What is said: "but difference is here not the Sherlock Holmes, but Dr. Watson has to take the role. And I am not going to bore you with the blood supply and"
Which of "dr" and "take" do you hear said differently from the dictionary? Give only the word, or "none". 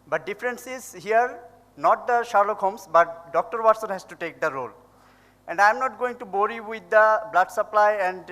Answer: none